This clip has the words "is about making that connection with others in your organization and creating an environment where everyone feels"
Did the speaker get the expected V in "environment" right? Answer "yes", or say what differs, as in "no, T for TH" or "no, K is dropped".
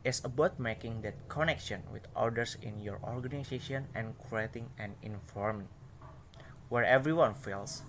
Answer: no, F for V